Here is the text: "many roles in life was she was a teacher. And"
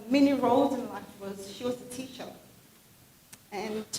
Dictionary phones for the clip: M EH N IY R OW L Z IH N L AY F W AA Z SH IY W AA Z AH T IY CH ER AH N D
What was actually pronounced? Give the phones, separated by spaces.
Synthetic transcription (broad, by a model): M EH N IY R OW L Z IH N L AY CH W AA Z SH IY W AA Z AH T IY SH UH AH N